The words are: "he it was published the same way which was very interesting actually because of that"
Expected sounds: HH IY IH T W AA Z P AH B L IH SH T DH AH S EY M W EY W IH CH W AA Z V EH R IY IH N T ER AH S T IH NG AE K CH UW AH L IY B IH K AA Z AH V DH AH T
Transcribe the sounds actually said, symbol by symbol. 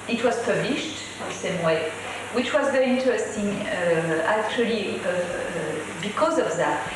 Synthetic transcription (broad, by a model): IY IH T W AA Z P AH B L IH SH T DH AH S EY M W EY W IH CH W AA Z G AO IY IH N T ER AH S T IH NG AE K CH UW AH L IY B IH K AA Z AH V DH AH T